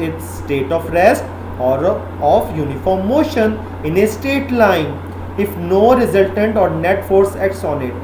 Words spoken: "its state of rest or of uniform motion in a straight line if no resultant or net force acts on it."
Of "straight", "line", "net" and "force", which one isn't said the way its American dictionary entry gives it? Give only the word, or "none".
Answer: straight